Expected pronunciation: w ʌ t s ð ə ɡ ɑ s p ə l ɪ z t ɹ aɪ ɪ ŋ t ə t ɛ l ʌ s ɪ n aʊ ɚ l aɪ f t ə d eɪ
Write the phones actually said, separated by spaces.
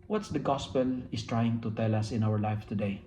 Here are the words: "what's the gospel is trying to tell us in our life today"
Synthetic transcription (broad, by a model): w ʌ t s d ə ɡ ɑ s p ə l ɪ s t ɹ aɪ ɪ ŋ t ə t ɛ l ʌ s ɪ n aʊ ɚ l aɪ f t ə d eɪ